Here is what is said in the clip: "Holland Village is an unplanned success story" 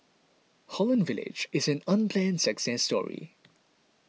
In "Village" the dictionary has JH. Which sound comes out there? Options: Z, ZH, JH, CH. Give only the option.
JH